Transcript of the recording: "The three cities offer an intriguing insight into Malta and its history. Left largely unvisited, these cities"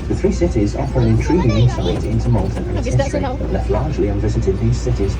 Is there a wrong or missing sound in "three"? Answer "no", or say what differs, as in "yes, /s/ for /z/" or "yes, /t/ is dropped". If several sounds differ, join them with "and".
no